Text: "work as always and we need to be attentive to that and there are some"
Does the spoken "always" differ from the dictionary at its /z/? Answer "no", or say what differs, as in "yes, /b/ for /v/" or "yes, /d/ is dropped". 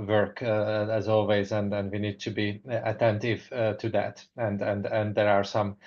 no